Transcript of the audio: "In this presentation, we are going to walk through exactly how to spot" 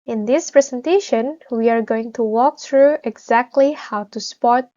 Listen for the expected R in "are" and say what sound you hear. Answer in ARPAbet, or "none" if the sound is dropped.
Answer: R